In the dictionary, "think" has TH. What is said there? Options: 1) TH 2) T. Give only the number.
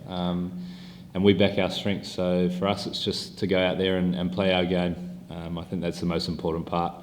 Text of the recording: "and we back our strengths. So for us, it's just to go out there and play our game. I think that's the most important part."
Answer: 1